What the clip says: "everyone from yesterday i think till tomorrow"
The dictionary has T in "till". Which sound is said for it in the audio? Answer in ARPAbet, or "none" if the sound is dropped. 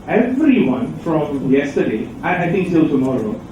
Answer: S